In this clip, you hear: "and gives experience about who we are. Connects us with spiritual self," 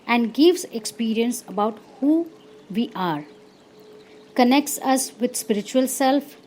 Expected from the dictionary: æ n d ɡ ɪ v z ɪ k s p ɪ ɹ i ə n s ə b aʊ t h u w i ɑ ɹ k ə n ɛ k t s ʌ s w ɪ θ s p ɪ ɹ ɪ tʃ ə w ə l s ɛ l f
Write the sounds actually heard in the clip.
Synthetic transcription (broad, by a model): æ n d ɡ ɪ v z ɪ k s p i ɹ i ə n s ə b aʊ t h u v i ɑ ɹ k ə n ɛ k t s ʌ s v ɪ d s p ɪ ɹ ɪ tʃ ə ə l s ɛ l f